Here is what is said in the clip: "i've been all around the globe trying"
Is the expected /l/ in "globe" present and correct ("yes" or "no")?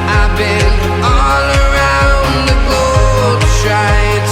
no